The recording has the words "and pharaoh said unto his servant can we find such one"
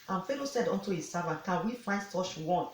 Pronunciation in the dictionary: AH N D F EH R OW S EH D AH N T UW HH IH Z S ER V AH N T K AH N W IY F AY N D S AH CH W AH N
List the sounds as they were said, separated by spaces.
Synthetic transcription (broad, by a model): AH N F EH L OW S EH D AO N T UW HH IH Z S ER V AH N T K AH N W IY F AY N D S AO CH W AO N